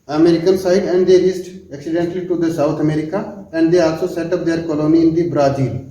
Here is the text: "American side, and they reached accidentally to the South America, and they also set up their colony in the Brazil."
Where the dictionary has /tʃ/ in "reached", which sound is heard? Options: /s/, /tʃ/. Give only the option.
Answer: /s/